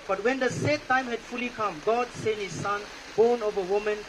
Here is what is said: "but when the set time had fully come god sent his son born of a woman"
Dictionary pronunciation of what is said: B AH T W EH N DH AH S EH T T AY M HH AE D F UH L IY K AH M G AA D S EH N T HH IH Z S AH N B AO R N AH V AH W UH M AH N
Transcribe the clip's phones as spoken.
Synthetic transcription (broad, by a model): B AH T W EH N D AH S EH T T AY M HH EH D F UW L IY K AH M G AA D S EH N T HH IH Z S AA N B AO N AH V AH W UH M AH N